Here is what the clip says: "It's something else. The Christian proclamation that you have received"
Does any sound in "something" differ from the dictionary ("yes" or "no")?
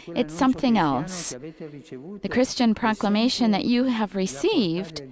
no